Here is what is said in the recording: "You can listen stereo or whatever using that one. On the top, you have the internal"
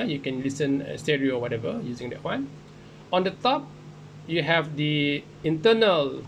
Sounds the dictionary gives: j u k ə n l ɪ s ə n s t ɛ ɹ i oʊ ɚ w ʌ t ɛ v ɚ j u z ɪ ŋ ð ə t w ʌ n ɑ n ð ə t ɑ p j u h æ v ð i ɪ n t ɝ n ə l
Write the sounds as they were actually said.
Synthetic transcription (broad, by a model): j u k ə n l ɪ s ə n s t ɛ ɹ i oʊ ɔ w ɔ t ɛ v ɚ j u z ɪ ŋ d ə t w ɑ n ɑ n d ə t ɑ p j u h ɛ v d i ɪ n t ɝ n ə l